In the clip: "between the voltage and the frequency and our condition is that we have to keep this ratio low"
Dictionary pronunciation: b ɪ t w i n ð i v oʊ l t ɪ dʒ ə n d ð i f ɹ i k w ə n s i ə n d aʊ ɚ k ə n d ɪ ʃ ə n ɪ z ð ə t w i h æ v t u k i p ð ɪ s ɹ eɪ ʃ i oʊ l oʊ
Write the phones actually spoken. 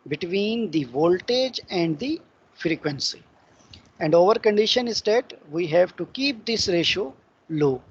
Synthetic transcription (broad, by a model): b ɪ t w i n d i v oʊ l t ɪ dʒ ə n d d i f ɹ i k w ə n s i ə n d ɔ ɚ k ə n d ɪ ʃ ə n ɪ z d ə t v i h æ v t u k i p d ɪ s ɹ eɪ ʃ oʊ l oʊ